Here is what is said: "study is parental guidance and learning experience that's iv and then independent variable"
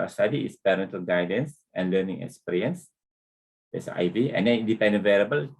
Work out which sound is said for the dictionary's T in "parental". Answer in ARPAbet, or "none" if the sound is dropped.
T